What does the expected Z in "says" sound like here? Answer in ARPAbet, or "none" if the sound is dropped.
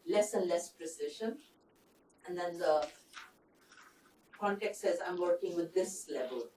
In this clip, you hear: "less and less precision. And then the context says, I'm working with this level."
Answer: Z